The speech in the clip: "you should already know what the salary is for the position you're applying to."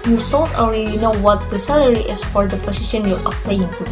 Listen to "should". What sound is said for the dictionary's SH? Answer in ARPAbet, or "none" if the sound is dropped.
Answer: S